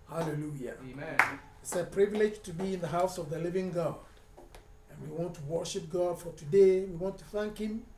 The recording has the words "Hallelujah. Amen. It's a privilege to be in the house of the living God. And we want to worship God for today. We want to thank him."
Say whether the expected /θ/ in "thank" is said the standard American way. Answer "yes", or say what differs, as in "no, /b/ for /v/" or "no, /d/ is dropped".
yes